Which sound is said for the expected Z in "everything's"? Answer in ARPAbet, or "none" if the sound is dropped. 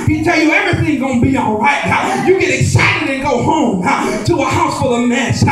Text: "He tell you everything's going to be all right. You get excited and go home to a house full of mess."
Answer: none